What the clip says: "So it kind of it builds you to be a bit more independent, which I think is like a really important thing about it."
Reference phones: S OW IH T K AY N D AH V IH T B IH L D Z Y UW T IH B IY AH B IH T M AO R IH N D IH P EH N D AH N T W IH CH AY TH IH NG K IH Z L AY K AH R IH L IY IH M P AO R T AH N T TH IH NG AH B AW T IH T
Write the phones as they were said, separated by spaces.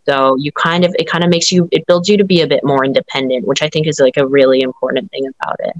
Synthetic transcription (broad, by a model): S OW IH T K AY N D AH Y IH T B IH L D Z Y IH T IH B IY AH B IH T M AO R IH N D IH P EH N D AH N T W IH CH AY TH IH NG K IH Z L AY K AH R IH L IY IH M P AO R T N TH IH NG AH B AW T IH T